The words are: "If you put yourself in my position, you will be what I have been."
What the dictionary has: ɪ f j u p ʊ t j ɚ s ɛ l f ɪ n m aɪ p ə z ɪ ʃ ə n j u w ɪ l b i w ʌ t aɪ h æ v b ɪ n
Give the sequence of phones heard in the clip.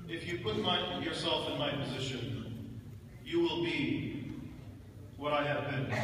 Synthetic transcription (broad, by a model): ɪ f j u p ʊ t j ɚ s ɛ l f ɪ n m aɪ p ə z ɪ ʃ ə n j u w ɪ l b i w ʌ t aɪ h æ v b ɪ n